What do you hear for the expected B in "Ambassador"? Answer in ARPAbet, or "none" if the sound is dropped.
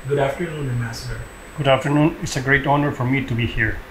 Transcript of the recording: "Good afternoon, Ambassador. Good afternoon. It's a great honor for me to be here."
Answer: none